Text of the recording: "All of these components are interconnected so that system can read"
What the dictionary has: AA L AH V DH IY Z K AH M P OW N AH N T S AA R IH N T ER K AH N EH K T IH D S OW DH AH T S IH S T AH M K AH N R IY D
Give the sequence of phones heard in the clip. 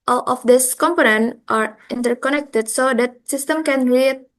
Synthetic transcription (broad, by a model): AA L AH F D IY S K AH M P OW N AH N T AA R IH N T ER K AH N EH K T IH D S OW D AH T S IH S T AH M K AH N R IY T